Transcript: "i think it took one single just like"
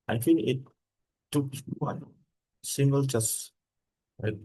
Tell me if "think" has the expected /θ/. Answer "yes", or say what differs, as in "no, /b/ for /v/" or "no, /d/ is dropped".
no, /f/ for /θ/